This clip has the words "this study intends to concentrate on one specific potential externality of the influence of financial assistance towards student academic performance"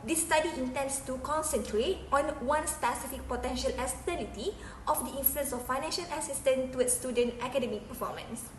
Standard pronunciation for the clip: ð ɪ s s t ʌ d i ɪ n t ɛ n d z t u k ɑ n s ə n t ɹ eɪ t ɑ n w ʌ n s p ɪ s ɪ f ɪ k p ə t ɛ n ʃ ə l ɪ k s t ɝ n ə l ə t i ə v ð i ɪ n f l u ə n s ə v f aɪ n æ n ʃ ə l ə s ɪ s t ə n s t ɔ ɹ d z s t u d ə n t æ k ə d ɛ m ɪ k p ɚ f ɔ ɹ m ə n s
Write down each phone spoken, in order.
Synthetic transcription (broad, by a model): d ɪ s s t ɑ d i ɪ n t ɛ n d s t u k ɑ n s ə n t ɹ eɪ t ɑ n w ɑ n s p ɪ s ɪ f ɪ k p ə t ɛ n ʃ ə l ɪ s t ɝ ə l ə t i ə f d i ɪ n f l u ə n s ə f aɪ n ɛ n ʃ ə l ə s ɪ s t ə n t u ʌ s t u d ə n t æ k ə d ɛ m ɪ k p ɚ f ɔ m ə n s